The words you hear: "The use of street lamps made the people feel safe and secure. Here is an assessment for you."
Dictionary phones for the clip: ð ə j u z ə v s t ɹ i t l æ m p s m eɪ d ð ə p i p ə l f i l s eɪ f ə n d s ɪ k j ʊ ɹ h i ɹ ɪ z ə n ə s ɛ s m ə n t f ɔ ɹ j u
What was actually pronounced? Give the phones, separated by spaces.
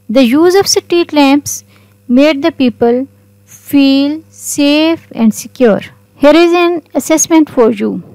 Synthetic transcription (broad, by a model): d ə j u z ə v s t i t l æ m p s m eɪ d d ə p i p ə l f i l s eɪ f ə n d s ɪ k j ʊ ɹ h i ɹ ɪ z ə n ə s ɛ s m ə n t f ɔ ɹ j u